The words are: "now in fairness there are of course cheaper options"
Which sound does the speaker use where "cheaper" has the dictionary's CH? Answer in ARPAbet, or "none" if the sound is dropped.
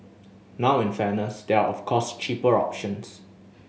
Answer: CH